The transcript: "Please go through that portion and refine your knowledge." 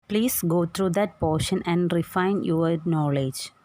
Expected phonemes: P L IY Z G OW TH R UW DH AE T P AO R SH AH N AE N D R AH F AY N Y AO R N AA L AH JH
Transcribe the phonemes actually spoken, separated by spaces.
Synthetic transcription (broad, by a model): P L IY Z G OW T R UW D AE T P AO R SH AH N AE N D R AH F AY N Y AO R N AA L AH JH